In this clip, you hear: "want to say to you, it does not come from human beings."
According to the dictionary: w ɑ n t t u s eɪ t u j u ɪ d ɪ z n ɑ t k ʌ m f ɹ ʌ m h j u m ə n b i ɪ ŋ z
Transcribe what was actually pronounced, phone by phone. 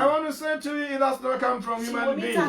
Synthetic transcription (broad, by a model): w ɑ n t t u s eɪ t u j u ɪ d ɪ s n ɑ k ʌ m f ɹ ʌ m h j u m ə n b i